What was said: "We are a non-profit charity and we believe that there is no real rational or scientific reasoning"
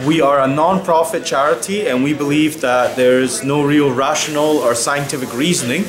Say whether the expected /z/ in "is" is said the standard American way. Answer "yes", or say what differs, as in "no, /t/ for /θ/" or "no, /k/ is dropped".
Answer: yes